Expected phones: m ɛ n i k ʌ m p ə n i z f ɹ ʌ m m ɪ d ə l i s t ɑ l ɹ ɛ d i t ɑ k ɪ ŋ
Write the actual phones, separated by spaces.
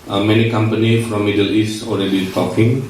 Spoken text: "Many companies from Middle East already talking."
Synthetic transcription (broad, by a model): m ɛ n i k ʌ m p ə n i f ɹ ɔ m m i d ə l i s t ɑ l ɹ ɛ d i t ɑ k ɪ ŋ